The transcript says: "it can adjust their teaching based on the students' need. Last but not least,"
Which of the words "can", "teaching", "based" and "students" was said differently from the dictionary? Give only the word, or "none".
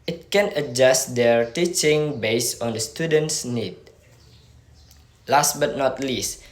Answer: based